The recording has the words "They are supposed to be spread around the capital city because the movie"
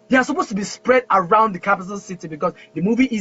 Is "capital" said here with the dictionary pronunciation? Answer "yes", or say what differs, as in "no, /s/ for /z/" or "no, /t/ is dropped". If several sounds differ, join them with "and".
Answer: no, /n/ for /l/